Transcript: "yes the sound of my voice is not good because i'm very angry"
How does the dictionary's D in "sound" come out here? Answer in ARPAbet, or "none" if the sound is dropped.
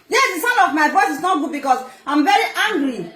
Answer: none